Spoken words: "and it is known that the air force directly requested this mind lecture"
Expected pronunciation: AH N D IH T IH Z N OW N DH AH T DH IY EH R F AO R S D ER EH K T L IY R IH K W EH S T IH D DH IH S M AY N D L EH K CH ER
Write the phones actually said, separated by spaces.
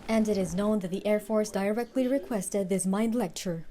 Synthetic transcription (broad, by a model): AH N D IH T IH Z N OW N DH AH T DH IY EH R F AO R S D ER EH K T L IY R IH K W EH S T IH D DH IH S M AY N D L EH K CH ER